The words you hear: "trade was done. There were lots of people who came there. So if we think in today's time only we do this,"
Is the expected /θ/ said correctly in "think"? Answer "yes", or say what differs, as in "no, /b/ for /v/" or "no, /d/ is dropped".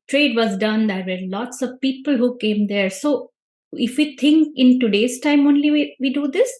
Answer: no, /t/ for /θ/